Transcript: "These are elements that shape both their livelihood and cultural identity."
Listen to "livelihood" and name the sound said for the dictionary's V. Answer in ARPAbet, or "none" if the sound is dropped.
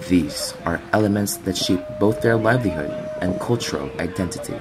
V